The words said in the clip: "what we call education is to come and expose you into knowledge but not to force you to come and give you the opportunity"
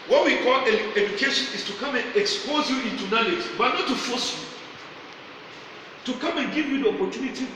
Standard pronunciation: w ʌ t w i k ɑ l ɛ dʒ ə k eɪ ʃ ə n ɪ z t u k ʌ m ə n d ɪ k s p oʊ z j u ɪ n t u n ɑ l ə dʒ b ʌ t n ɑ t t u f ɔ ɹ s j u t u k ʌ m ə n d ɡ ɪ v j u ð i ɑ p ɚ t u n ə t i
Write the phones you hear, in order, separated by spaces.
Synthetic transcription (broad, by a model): w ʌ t w i k ɑ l ɛ dʒ ə k eɪ ʃ ə n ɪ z t u k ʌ m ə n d ɪ k s p oʊ z j u ɪ n t u n ɑ l ə dʒ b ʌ t n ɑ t t u f ɔ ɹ s j u t u k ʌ m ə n ɡ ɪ v j u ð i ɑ p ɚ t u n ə t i